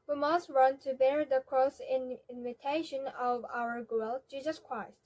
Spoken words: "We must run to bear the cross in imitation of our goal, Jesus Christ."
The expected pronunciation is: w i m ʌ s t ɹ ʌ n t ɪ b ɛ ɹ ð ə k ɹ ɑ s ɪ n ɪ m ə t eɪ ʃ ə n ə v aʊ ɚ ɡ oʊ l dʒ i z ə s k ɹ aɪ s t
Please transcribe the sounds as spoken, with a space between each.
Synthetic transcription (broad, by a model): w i m ʌ s t ɹ ʌ n t ɪ b ɛ ɹ ð ə k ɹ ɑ s ɪ n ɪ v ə t eɪ ʃ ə n ə v aʊ ɚ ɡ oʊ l dʒ i z ə s k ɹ aɪ s t